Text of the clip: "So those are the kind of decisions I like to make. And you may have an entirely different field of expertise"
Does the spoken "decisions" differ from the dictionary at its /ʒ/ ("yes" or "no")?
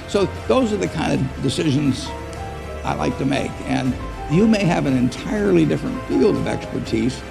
no